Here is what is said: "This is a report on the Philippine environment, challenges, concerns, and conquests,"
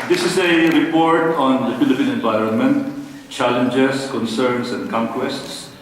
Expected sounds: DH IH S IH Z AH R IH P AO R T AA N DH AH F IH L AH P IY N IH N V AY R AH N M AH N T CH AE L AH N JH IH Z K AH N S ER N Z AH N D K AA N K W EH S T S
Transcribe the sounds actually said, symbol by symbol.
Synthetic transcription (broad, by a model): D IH S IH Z AH R IH P AO R T AA N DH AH F IH L AH P IY N IH N V AY R AH N M AH N T CH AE L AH N JH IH S K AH N S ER N S AH N D K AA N K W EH S T S